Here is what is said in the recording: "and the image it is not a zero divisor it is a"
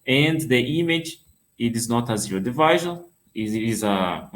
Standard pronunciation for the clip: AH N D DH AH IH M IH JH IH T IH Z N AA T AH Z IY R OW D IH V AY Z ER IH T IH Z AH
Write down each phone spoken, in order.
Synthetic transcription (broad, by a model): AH N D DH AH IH M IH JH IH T IH Z N AA T AH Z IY OW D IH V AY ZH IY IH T IH Z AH